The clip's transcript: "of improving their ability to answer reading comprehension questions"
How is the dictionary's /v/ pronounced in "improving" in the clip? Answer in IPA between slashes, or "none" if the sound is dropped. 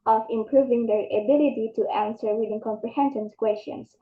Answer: /v/